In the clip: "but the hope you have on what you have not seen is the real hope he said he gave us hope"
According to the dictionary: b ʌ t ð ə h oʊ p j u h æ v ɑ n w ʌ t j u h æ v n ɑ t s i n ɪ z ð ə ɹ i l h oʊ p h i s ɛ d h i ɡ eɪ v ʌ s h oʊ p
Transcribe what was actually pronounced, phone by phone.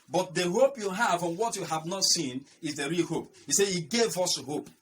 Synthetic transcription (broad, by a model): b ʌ t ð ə h oʊ p j u h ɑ v ɑ n w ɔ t j u h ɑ v n ɑ t s i n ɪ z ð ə ɹ i l h oʊ p h i s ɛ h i ɡ eɪ v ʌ s h oʊ p